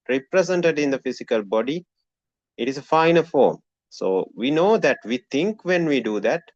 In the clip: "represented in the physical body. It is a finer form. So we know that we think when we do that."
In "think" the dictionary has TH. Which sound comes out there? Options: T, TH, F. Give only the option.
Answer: T